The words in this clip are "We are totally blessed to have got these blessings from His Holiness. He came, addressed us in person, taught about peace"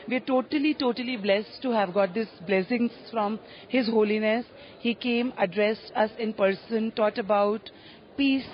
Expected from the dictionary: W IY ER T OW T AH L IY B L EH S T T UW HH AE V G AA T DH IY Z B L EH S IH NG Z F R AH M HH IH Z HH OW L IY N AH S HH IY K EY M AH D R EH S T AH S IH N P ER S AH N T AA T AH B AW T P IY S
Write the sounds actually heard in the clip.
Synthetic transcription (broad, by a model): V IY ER T OW T AH L IY B L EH S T T UW HH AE V G AA T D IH S B L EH S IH NG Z F R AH M HH IH Z HH OW L IY N AH S HH IY K EY M AH D R EH S T AH S IH N P ER S AH N T AA T AH B AW T P IY S